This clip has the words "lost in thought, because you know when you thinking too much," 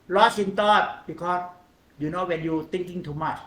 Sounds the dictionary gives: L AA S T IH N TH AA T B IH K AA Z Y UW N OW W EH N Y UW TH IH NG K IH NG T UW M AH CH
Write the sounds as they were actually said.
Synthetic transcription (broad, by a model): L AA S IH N T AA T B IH K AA S Y UW N OW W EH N Y UW T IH NG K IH NG T UW M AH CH